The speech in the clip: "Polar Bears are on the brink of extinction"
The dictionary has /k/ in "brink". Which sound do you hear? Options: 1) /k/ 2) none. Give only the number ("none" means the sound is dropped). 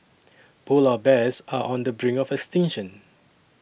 2